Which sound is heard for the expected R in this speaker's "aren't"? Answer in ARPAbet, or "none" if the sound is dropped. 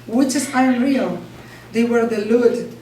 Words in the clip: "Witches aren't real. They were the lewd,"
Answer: none